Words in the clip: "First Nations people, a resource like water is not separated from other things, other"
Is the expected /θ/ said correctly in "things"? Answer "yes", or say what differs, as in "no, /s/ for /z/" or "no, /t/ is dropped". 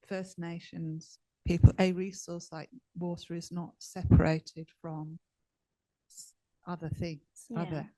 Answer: yes